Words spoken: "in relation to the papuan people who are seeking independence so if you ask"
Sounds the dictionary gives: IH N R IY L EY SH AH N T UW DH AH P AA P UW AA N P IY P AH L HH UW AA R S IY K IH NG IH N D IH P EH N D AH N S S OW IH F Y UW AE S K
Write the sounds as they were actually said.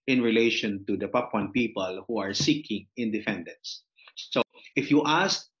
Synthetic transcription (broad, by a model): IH N R IY L EY SH AH N T UW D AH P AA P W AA N P IY P AH L HH UW AA R S IY K IH NG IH N D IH F EH N D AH N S S OW IH F Y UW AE S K